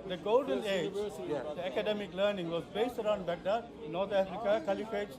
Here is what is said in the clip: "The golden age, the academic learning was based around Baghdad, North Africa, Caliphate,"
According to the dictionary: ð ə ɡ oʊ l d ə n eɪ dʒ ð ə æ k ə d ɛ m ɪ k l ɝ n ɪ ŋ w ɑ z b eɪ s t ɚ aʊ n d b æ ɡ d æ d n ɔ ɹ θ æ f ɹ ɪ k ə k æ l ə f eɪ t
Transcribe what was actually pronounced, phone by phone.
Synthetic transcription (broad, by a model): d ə ɡ oʊ l d ə n eɪ dʒ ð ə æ k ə d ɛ m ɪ k l ɝ n ɪ ŋ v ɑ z b eɪ s t ɚ aʊ n d b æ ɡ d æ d n ɔ ɹ t æ f ɹ ɪ k ə k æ l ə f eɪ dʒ